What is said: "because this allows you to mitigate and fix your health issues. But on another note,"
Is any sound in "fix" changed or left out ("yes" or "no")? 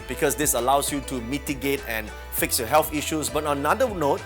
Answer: no